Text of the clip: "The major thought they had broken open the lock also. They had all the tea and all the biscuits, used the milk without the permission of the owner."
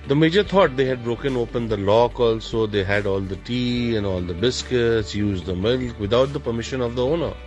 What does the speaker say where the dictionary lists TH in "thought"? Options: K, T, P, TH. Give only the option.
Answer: T